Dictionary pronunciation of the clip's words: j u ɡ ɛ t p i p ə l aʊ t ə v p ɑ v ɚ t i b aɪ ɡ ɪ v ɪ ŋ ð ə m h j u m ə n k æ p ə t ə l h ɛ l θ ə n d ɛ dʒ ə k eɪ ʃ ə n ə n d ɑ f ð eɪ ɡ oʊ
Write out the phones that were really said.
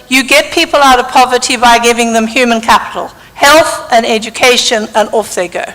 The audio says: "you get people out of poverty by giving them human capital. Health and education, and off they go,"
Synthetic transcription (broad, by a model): j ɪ ɡ ɛ t p i p ə l aʊ t ə v p ɑ v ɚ t i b aɪ ɡ ɪ v ɪ ŋ ð ə m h j u m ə n k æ p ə t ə l h ɛ l θ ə n ɛ dʒ ə k eɪ ʃ ə n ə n ɑ f ð eɪ ɡ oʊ